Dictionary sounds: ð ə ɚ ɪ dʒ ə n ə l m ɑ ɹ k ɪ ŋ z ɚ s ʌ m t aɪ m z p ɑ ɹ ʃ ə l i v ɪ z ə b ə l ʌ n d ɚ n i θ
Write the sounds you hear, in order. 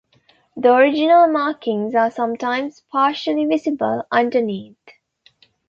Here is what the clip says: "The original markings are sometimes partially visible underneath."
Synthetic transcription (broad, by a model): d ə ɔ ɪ dʒ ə n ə l m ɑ k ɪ ŋ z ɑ s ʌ m t aɪ m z p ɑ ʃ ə l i v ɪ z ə b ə l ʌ n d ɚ n i t